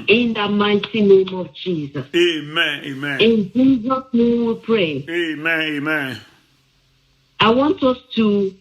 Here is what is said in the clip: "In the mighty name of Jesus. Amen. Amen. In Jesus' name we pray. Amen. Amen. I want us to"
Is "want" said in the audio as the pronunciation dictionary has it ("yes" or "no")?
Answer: yes